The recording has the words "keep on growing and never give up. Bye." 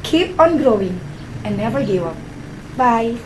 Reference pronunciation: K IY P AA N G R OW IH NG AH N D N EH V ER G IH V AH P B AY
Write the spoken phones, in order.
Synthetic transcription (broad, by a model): K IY P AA N G R OW IH NG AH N N EH V ER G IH AH P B AY